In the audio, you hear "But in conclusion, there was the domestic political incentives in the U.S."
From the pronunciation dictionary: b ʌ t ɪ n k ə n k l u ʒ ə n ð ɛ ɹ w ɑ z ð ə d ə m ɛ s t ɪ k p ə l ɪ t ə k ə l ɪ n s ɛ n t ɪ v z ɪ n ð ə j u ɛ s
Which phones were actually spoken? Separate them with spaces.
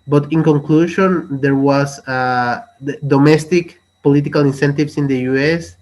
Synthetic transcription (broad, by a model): b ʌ t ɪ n k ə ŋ k l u ʃ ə n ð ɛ ɹ w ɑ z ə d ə m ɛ s t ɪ k p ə l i t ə k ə l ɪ n s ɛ n t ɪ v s ɪ n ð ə j u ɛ s